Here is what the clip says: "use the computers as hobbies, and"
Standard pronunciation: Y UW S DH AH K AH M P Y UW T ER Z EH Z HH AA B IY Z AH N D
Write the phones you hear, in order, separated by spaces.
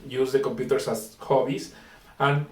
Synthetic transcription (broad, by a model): Y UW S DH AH K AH M P Y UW T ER S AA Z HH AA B IY S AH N